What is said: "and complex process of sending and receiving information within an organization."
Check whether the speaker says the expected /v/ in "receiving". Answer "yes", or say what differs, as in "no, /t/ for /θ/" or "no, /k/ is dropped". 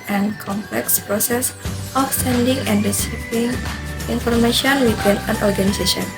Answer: no, /p/ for /v/